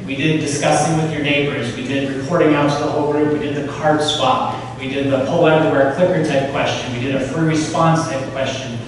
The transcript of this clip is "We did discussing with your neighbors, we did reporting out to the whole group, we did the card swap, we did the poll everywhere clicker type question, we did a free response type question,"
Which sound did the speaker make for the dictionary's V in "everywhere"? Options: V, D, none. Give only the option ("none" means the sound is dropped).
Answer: none